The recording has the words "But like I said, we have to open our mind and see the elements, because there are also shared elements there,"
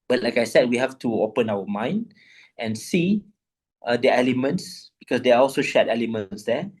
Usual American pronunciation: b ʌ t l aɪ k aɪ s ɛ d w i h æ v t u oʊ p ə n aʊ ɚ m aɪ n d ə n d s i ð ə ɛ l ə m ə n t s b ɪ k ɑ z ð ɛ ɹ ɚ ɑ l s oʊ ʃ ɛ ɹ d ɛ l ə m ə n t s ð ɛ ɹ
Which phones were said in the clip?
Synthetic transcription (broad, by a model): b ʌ t l aɪ k aɪ s ɛ d w i h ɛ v t u oʊ p ə n aʊ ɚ m aɪ n d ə n s i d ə ɛ l ə m ə n t s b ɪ k ɑ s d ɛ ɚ ɑ l s oʊ ʃ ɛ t ɛ l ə m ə n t s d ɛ